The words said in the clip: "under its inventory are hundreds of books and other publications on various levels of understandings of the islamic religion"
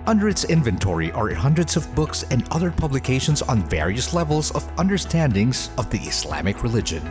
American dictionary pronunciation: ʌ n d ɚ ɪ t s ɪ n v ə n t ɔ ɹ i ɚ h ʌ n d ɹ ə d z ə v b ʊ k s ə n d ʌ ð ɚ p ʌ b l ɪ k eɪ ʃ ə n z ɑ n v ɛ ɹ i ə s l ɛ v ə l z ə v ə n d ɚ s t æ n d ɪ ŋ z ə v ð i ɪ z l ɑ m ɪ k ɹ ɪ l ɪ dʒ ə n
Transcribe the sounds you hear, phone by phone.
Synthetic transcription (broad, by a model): ʌ n d ɚ ɪ t s ɪ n v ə n t ɔ ɹ i ɚ h ʌ n d ɹ ə d z ə v b ʊ k s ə n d ʌ ð ɚ p ʌ b l ɪ k eɪ ʃ ə n z n v ɛ ɹ i ə s l ɛ v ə l z ə v ə n d ɚ s t æ n d ɪ ŋ z ə v ð i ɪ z l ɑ m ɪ k ɹ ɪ l ɪ dʒ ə n